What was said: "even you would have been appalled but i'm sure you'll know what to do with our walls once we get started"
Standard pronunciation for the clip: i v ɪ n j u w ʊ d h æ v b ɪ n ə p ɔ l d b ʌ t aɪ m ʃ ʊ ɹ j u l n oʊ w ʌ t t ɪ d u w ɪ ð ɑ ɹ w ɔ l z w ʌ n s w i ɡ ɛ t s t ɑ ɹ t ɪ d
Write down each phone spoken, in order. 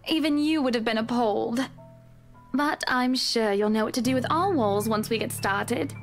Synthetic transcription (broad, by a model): i v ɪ n j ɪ w ʊ d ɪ v b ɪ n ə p ɔ l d b ʌ t aɪ m ʃ ʊ ɹ j u l n oʊ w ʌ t t ɪ d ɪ w ɪ ð ɑ l w ɔ l z w ʌ n s w i ɡ ɛ t s t ɑ ɹ t ɪ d